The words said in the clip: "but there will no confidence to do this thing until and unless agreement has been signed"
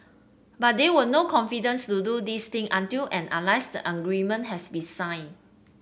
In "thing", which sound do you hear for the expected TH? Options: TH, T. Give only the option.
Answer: T